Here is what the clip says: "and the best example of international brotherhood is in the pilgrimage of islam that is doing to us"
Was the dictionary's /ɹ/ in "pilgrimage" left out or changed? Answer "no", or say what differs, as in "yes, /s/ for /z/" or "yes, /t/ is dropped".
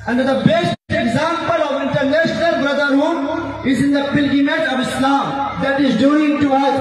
yes, /ɹ/ is dropped